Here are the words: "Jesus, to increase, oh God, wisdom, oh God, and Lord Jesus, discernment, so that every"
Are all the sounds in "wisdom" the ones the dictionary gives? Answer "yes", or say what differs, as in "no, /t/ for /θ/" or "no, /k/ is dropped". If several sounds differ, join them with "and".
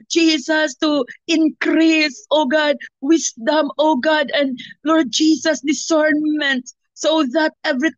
no, /s/ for /z/